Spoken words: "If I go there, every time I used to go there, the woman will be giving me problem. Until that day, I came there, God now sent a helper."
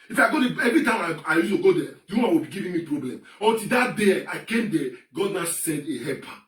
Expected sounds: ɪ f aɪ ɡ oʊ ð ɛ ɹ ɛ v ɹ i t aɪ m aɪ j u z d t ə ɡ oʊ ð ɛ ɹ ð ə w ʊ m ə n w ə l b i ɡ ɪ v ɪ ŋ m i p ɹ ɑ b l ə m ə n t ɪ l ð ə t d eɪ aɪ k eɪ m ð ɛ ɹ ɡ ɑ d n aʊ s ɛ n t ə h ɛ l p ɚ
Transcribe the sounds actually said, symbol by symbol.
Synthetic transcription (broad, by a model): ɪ f aɪ ɡ oʊ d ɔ ɛ v ɹ i t aɪ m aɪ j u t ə ɡ oʊ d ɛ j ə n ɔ ə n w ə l b i ɡ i v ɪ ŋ m i p ɹ ɑ b l ə m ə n t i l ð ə t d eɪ aɪ k eɪ m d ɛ ɡ ɑ d n aʊ s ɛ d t ə h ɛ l p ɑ